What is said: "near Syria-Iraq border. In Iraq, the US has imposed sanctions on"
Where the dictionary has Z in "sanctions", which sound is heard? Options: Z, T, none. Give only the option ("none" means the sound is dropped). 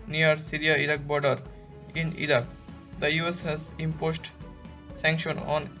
none